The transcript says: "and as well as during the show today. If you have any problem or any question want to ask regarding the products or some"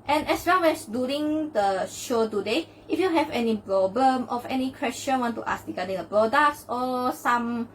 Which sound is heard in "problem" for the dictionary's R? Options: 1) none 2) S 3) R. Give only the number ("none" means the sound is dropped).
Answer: 3